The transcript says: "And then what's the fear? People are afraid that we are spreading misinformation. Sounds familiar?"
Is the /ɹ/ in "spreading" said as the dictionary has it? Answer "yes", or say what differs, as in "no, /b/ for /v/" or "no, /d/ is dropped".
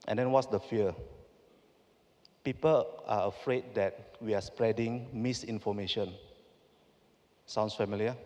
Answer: yes